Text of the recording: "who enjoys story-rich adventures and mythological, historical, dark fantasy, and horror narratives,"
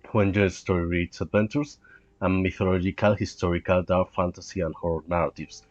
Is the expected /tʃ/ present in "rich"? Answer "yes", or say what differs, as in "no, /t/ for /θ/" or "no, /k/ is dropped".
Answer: no, /s/ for /tʃ/